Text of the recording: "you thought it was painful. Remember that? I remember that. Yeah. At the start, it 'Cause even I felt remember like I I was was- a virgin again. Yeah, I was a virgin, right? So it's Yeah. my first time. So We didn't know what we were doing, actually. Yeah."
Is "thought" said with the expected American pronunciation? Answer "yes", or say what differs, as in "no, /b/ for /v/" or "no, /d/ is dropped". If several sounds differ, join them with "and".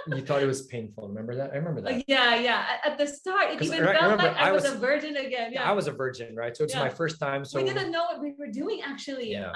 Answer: yes